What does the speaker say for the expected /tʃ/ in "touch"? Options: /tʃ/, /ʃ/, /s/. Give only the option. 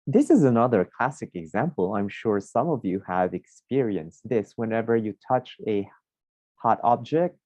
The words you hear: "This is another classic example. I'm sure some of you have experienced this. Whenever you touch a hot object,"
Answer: /tʃ/